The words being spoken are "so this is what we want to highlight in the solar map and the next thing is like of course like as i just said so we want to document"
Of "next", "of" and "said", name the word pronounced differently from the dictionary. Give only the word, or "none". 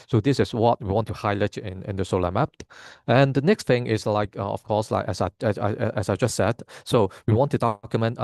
of